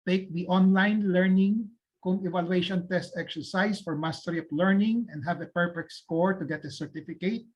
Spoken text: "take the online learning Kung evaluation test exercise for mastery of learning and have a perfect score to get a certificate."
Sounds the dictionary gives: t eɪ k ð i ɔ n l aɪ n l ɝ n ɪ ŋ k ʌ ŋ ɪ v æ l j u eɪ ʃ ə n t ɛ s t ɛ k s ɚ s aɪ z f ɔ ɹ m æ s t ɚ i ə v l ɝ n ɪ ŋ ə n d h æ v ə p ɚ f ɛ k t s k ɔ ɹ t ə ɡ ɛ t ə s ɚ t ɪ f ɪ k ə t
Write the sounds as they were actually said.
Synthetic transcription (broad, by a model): t eɪ k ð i ɔ n l aɪ n l ɝ n ɪ ŋ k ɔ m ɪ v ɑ l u eɪ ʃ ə n t ɛ s t ɛ k s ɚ s aɪ s f ɔ ɹ m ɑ s t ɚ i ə p l ɝ n ɪ ŋ ə n d h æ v ə p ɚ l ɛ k s k ɔ ɹ t ə ɡ ɛ t ə s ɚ t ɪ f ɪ k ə t